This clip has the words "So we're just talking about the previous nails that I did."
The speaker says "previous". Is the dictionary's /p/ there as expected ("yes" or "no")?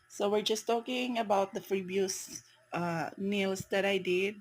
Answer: no